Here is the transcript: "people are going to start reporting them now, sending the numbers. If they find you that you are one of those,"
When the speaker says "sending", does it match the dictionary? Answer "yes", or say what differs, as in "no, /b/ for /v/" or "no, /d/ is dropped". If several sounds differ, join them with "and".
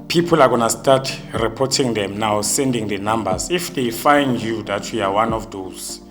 yes